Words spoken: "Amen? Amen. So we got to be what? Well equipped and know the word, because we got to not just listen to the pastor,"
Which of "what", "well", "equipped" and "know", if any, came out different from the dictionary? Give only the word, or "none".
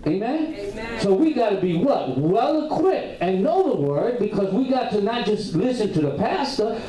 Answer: equipped